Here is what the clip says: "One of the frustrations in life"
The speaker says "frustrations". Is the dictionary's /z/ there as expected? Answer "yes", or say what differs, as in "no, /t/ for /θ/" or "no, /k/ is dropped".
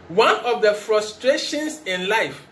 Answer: no, /s/ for /z/